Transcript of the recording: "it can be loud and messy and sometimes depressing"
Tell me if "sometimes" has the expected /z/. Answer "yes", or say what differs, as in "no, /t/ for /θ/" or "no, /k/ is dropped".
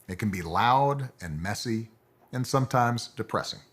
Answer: yes